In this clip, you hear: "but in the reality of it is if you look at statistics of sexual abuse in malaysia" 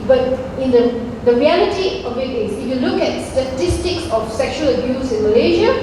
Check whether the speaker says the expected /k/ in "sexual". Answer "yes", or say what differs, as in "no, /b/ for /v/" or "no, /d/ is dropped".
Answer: yes